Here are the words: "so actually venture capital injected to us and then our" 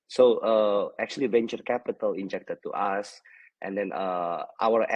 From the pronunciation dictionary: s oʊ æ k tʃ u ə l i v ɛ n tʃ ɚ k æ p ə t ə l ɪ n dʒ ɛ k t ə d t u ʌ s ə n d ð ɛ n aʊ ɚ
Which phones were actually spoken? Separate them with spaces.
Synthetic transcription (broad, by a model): s oʊ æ k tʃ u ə l i v ɛ n tʃ ɚ k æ p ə t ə l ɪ n dʒ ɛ k t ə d t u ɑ s ə n d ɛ n aʊ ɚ